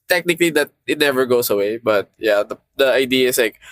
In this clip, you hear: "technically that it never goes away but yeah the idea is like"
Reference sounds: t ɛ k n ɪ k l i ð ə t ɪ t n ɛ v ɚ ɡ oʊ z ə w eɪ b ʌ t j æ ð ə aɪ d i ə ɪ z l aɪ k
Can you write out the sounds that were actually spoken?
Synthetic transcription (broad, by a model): t ɛ k n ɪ k l i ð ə t ɪ t n ɛ v ɚ ɡ oʊ s ə w eɪ b ʌ t j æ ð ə aɪ d i ə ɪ s l aɪ k